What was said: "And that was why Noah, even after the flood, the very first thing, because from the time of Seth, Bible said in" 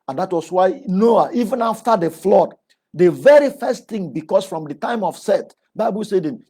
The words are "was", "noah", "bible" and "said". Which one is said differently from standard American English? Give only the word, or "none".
was